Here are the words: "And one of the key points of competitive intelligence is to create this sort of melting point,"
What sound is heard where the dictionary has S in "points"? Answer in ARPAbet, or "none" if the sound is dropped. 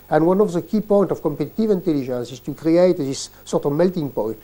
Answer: none